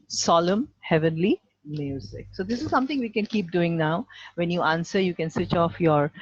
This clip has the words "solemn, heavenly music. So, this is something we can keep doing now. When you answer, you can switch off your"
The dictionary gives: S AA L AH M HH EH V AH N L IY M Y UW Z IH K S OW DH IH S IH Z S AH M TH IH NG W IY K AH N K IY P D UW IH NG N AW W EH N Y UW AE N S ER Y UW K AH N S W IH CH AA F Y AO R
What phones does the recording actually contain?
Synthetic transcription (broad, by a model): S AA L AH M HH EH V AH N L IY M Y UW Z IH K S OW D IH S IH Z S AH M T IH NG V IY K AH N K IY P D UW IH NG N AW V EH N Y UW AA N S ER Y UW K AH N S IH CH AA F Y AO R